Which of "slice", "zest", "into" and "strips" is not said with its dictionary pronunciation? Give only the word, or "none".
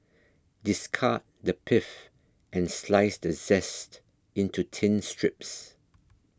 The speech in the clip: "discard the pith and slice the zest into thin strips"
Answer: none